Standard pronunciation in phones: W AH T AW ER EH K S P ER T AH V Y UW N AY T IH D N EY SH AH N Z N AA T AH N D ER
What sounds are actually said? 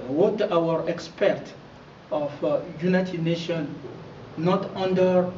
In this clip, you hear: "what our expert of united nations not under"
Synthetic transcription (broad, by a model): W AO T AW ER EH K S P ER T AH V Y UW N AY T IH D N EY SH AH N N AA T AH N D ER